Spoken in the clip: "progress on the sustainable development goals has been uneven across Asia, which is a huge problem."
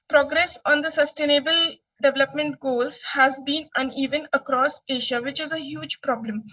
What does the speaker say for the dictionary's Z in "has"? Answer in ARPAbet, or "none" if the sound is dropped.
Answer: Z